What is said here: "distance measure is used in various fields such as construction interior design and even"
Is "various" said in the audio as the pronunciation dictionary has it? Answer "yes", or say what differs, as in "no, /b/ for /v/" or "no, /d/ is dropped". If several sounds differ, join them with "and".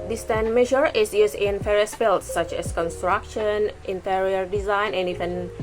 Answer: no, /f/ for /v/